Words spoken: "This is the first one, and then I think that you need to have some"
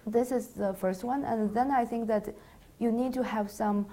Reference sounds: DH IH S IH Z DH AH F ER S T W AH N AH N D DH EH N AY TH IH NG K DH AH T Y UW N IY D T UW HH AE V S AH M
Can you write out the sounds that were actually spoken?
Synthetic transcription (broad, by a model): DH IH S IH Z DH AH F ER S T W AH N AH N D DH EH N AY TH IH NG K DH AH T Y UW N IY D T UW HH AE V S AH M